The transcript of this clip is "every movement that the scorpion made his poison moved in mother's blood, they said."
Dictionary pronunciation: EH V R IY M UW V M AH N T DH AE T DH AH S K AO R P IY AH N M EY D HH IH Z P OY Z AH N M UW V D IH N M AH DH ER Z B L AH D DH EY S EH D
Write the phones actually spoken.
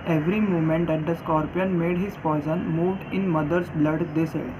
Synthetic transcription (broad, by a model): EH V R IY M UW M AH N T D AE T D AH S K AO R P IY AH N M EY D HH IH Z F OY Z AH N M UW V D IH N M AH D ER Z B L AH D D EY S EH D